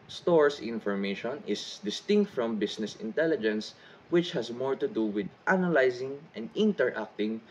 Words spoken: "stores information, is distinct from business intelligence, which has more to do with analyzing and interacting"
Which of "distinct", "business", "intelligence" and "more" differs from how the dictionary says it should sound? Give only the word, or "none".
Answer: business